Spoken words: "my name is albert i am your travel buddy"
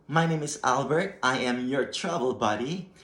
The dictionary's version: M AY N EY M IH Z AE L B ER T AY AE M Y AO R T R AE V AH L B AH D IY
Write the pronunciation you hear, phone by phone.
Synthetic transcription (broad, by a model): M AY N EY M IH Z AE L B ER T AY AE M Y AO R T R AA B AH L B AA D IY